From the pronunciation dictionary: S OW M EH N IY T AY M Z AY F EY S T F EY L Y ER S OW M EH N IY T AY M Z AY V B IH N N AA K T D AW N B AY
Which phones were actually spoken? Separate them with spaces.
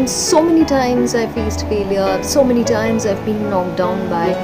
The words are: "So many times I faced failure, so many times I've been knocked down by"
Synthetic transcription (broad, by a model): S OW M EH N IY T AY M Z AY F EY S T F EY L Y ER S OW M EH N IY T AY M Z AY V B IH N L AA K D AW N B AY